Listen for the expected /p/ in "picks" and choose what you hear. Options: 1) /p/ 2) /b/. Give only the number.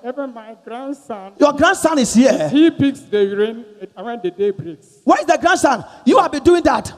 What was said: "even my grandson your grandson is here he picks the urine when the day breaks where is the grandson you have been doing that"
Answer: 2